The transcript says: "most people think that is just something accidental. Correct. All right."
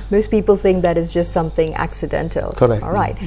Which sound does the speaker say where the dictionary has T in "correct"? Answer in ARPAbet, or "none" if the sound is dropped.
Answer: none